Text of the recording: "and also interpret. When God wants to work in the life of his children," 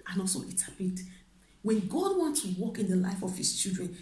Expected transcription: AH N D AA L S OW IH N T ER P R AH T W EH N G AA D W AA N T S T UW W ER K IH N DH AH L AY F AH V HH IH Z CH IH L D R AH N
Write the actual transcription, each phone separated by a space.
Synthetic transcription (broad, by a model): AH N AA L S OW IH T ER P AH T W EH N G AA D W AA N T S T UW W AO K IH N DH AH L AY F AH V HH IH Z CH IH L D R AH N